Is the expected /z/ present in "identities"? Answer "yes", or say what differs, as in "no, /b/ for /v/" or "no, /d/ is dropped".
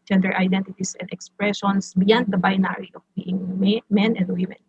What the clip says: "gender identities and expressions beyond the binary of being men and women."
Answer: no, /s/ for /z/